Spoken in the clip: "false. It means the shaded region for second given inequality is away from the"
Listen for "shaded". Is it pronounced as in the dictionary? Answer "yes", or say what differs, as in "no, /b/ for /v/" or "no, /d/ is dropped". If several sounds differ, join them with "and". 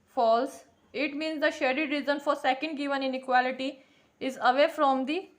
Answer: yes